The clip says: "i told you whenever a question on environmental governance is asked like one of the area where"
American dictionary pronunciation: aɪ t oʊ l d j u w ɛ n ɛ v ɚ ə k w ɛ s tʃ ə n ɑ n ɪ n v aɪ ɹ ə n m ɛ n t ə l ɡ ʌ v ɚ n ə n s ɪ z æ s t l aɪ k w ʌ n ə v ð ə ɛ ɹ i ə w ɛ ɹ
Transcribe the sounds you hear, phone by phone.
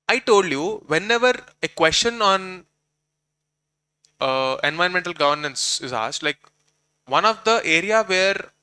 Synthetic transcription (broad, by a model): aɪ t oʊ l d j u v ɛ n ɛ v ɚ ə k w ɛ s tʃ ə n ɑ n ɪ n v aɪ ə n m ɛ n t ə l ɡ ʌ v ɚ n ə n s ɪ z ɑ s t l aɪ k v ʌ n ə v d ə ɛ ɹ i ə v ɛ ɹ